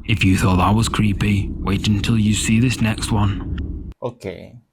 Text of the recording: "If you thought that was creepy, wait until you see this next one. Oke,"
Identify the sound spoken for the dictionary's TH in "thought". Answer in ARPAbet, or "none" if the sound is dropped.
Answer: TH